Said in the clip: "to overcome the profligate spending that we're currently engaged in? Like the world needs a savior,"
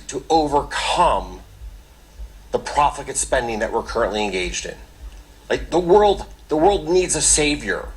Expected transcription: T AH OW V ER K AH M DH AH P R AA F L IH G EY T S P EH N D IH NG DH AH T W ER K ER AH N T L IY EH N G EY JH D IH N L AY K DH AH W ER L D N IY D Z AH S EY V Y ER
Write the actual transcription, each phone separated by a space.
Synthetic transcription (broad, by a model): T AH OW V ER K AH M DH AH P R AA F IH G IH T S P EH N D IH NG DH AH T W ER K ER AH N T L IY EH N G EY JH D IH N L AY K DH AH W ER L D N IY D Z AH S EY V Y ER